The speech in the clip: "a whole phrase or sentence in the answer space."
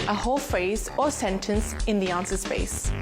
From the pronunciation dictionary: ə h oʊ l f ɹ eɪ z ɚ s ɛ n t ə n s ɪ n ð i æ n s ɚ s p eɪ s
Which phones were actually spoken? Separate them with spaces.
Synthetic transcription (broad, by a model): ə h oʊ l f ɹ eɪ z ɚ s ɛ n t ə n s ɪ n ð i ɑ n s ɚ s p eɪ s